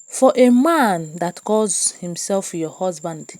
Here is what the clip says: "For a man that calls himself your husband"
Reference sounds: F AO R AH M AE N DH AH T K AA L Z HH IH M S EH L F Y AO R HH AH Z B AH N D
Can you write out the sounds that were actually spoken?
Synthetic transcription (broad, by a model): F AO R AH M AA N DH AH T K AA Z HH IH M S EH L F Y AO HH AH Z B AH N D